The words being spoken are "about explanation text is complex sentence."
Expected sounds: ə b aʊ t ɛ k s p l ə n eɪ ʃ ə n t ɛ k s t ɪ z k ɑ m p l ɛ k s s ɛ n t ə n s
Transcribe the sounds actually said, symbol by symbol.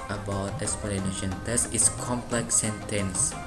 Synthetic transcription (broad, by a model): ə b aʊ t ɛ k s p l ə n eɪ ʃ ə n t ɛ s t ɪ s k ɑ m p l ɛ k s s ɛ n t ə n s